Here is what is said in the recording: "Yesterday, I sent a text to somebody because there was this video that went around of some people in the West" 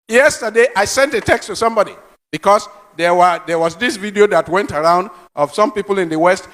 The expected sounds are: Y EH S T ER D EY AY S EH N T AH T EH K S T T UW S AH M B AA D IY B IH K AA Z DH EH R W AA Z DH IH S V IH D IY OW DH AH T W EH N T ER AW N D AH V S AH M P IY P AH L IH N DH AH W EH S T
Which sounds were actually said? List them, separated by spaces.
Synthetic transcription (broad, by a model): Y EH S T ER D EY AY S EH N T AH T EH K S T T UW S AH M B AA D IY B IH K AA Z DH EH W W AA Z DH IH S V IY D IY OW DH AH T W EH N T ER AW N D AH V S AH M P IY P AH L IH N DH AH W EH S T